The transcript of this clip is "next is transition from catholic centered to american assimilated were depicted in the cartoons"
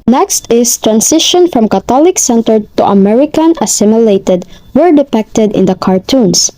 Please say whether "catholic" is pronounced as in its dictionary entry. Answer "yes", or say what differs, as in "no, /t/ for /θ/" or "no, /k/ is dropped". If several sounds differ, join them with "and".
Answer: no, /t/ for /θ/